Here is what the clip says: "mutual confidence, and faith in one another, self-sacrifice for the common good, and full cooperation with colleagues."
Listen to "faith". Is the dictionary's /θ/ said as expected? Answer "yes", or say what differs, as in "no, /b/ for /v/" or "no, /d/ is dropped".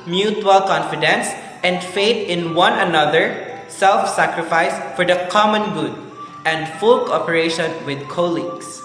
no, /t/ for /θ/